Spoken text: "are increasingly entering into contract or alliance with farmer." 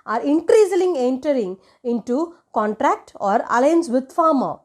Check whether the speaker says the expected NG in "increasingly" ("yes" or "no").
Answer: no